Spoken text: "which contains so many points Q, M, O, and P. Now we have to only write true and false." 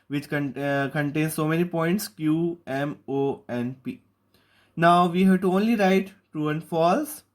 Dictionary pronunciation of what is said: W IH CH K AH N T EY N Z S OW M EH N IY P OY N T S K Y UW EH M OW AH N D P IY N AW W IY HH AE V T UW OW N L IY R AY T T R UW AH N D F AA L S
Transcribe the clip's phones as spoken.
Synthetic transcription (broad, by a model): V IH CH K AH N T EY N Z S OW M EH N IY P OY N T S K Y UW EH M OW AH N P IY N AW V IY HH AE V T UW OW N L IY R AY T T UW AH N F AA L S